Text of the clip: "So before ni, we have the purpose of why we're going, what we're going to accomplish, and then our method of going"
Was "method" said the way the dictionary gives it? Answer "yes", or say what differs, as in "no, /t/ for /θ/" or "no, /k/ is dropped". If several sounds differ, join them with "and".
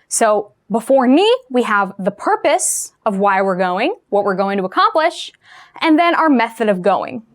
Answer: yes